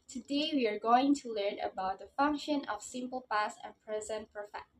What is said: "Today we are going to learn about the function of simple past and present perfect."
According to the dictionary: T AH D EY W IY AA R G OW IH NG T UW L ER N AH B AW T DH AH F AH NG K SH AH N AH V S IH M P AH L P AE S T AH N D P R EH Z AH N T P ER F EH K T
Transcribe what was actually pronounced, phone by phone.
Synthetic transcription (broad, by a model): T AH D EY W IY AA R G OW IH NG T UW L ER N AH B AW T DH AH F AH NG K SH AH N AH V S IH M P AH L P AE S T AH N P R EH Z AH N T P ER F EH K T